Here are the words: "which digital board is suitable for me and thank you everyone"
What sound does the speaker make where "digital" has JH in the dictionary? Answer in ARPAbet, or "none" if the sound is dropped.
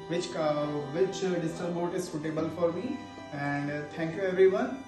CH